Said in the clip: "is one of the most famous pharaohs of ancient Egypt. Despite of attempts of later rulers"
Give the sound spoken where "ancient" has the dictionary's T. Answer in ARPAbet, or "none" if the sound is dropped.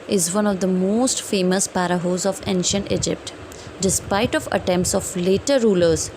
T